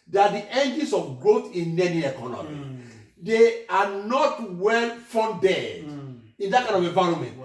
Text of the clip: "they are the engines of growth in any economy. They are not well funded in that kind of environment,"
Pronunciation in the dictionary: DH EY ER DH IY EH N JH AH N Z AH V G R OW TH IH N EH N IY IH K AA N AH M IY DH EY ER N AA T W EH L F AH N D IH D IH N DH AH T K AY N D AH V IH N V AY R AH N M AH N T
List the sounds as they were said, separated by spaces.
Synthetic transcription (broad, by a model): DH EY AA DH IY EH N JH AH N S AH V G R OW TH IH N EH N IY IH K AA N AH M IY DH EY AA N AA T W EH L F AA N D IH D IH N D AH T K AY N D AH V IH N V AY R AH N M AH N T